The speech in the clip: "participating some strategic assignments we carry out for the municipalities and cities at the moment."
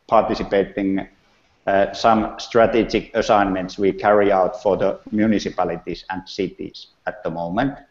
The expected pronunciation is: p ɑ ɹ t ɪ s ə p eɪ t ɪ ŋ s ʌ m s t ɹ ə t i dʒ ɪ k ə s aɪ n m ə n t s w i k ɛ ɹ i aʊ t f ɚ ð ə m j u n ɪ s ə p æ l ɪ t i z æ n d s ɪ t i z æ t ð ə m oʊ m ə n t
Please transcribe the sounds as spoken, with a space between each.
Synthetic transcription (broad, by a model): p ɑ t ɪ s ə p eɪ t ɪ ŋ s ʌ m s t ɹ ə t i dʒ ɪ k ə s aɪ n m ə n t s w i k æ ɹ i aʊ t f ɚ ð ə m j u n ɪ s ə p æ l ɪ t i s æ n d s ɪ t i s æ t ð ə m oʊ m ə n t